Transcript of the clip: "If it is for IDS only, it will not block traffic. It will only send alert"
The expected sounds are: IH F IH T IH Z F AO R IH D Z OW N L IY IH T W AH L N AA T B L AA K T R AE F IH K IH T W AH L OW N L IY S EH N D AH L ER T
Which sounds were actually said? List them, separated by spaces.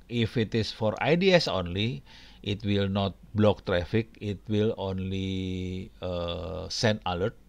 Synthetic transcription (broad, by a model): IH F IH T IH S F AO R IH D S OW N L IY IH T W AH L N AA T B L AA K T R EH F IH K IH T W AH L OW N L IY S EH N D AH L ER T